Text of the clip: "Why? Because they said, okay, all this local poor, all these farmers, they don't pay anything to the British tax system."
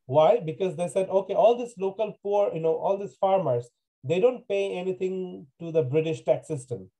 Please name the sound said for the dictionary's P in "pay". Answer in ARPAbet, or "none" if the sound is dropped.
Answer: P